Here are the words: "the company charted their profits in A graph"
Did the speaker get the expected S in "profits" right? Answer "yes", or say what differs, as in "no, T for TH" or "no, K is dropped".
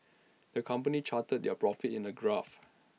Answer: no, S is dropped